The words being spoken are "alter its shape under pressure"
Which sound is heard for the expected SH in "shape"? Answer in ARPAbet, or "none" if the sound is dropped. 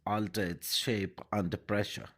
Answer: SH